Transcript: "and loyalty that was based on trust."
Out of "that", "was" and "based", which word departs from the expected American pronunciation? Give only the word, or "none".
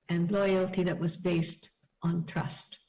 none